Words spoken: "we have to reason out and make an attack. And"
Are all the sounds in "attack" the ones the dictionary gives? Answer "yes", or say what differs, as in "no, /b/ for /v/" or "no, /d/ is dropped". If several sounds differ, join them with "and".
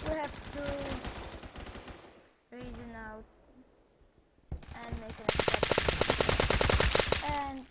no, /s/ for /t/